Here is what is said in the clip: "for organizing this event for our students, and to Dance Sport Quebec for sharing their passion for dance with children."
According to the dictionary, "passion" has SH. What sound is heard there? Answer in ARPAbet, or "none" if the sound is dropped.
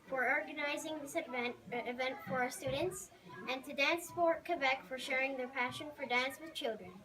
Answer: SH